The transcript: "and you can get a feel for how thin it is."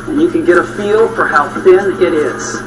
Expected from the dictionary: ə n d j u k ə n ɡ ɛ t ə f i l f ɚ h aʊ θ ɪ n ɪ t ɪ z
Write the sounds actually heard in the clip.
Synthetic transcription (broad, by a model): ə n j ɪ k ə n ɡ ɛ t ə f i l f ɚ h aʊ θ ɪ n ɪ t ɪ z